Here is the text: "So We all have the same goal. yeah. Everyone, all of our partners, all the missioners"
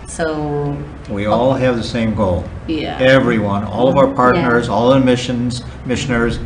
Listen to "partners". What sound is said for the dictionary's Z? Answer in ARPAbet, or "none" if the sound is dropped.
Z